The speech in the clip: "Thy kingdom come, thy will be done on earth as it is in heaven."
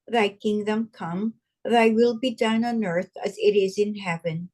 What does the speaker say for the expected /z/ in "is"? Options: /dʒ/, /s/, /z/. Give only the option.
/z/